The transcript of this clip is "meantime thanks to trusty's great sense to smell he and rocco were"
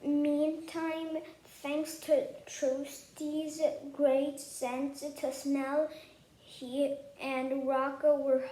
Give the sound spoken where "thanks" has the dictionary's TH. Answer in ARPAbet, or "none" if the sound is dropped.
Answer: TH